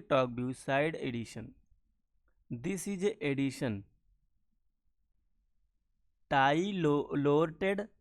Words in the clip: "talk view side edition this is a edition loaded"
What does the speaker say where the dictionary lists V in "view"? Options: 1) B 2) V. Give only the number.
1